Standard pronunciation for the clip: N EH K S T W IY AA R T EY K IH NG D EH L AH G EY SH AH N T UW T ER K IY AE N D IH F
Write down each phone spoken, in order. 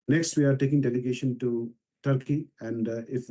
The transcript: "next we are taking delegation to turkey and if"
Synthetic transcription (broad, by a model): N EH K S T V IY AA R T EY K IH NG D EH L AH G EY SH AH N T UW T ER K IY AE N D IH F